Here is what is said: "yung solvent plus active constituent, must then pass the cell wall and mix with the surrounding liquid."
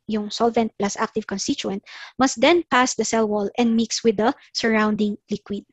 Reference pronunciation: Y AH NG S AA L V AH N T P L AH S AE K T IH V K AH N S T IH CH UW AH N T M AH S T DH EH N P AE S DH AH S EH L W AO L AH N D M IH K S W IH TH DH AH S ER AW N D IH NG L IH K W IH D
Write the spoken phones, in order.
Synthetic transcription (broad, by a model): Y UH NG S AA L V AH N T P L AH S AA K T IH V K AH N S T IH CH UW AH N T M AH S T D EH N P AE S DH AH S EH L W AO L AH N D M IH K S W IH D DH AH S ER AW N D IH NG L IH K W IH D